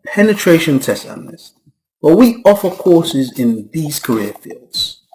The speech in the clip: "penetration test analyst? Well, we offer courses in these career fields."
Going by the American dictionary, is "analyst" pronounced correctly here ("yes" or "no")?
no